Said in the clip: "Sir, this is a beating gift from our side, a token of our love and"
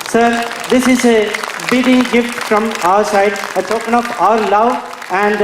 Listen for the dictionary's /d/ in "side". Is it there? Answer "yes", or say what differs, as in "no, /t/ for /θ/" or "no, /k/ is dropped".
yes